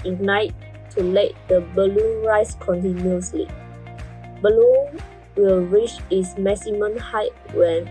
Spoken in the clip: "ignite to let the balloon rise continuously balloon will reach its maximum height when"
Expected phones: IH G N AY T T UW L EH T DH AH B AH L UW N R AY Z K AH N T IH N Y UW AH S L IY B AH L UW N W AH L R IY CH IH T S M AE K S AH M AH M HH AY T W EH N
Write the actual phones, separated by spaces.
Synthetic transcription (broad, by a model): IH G N AY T T UW L EH T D AH B AH L UW N R AY S K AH N T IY N Y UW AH S L IY B AH L UW N W AH L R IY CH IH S M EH S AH M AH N HH AY T W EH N